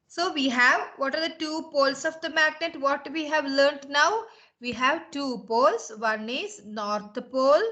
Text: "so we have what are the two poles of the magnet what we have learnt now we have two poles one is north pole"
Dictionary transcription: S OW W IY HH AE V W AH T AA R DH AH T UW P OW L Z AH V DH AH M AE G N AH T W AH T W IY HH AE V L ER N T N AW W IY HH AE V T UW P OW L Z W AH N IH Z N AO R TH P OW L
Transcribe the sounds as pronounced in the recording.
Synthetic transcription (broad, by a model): S OW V IY HH AE V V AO T AA R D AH T UW P OW L S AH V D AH M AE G N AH T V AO T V IY HH AE V L ER N T N AW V IY HH AE V T UW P OW L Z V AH N IH Z N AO R T P OW L